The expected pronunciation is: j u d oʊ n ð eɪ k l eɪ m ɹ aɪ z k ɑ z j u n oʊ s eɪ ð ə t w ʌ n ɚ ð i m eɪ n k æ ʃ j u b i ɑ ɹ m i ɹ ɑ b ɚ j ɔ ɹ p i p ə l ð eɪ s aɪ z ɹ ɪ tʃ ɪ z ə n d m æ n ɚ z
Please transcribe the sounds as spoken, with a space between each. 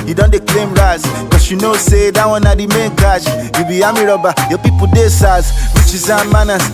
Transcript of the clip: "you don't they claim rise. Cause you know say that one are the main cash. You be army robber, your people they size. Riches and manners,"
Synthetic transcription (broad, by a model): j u d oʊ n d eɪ k l eɪ m ɹ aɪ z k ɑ s j u n oʊ s eɪ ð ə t w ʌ n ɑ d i m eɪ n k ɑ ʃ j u b i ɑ m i ɹ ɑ b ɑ j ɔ p i p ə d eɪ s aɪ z w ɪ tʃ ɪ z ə m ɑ n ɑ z